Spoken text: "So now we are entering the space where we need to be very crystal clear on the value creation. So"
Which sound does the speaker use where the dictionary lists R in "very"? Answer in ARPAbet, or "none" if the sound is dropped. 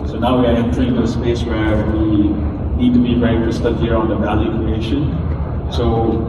none